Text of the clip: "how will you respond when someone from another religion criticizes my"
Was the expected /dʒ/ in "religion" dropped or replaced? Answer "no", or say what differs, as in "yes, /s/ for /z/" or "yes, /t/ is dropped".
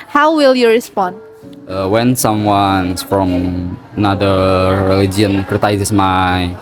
yes, /dʒ/ is dropped